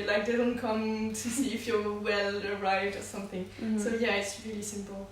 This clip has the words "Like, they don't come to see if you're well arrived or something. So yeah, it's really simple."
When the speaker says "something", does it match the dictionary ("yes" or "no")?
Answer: yes